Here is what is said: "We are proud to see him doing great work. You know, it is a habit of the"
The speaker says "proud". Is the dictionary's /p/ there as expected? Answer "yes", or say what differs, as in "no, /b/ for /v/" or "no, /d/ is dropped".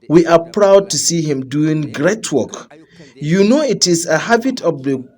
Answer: yes